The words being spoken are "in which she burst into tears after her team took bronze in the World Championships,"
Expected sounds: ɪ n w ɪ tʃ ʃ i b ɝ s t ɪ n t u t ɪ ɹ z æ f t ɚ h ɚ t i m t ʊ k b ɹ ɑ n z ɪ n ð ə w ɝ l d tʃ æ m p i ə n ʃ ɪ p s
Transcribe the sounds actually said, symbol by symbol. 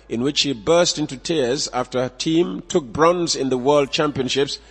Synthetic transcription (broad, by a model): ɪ n w ɪ tʃ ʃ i b ɝ s t ɪ n t u t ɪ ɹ z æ f t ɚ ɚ t i m t ʊ k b ɹ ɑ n z ɪ n ð ə w ɝ l d tʃ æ m p i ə n ʃ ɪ p s